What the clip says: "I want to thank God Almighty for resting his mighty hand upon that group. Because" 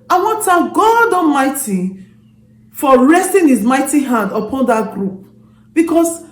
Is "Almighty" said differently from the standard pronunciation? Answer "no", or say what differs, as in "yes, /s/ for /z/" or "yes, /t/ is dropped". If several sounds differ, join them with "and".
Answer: yes, /l/ is dropped